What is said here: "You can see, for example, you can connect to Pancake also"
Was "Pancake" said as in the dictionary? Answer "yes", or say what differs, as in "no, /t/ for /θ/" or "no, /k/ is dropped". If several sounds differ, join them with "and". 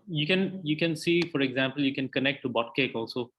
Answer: no, /b/ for /p/